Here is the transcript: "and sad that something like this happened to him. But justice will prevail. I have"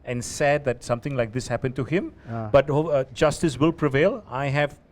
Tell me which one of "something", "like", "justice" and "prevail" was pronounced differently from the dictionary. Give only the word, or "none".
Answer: something